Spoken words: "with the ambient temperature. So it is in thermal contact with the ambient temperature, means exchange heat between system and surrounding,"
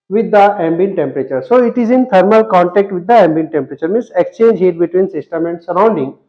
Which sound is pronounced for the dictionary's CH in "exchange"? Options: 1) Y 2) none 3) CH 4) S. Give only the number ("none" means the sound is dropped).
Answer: 3